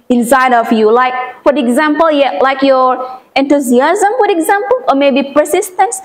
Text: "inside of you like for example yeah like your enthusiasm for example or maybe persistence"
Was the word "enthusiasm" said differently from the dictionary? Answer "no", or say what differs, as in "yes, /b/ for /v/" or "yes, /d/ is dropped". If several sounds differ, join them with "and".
yes, /t/ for /θ/